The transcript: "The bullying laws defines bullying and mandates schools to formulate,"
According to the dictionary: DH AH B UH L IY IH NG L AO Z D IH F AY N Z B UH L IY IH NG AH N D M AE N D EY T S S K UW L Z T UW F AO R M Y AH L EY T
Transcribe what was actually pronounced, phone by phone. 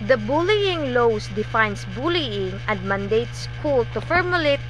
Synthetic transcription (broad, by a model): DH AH B UH L IY IH NG L AO S D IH F AY N S B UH L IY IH NG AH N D M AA N D EY T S S K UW L T UW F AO R M Y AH L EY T